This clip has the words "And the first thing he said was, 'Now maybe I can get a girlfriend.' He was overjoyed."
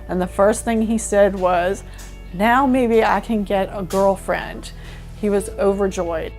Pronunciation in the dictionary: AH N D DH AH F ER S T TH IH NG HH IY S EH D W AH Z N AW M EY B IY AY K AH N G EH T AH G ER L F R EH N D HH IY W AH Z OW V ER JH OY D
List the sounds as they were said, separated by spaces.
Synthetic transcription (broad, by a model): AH N DH AH F ER S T TH IH NG IY S EH D W AH Z N AW M EY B IY AY K AH N G EH T AH G ER L F R EH N D HH IY W AH Z OW V ER JH OY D